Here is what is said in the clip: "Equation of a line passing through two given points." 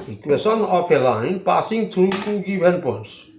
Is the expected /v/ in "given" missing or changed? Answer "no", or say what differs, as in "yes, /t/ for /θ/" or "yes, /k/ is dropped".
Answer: yes, /b/ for /v/